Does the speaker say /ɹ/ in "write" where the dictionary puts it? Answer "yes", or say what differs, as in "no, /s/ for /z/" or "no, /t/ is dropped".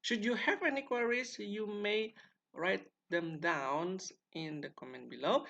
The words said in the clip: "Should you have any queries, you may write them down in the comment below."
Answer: yes